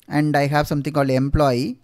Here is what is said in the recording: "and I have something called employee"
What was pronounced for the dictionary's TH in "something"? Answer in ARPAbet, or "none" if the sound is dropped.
T